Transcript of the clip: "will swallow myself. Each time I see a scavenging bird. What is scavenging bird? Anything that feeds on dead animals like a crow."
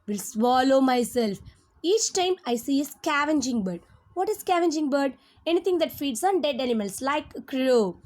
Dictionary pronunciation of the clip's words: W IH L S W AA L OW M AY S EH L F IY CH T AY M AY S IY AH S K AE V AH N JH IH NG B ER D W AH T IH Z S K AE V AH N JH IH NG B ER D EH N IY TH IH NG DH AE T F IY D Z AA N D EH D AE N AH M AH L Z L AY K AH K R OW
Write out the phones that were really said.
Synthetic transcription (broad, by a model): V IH L S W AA L OW M AY S EH L F IY CH T AY M AY S IY AH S K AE V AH N JH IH NG B ER D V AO T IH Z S K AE V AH N JH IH NG B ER D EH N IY T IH NG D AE T F IY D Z AA N D EH D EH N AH M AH L S L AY AH K R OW